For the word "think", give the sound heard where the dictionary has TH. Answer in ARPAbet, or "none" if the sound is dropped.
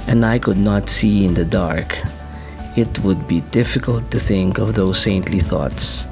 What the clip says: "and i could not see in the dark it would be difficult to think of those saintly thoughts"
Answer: TH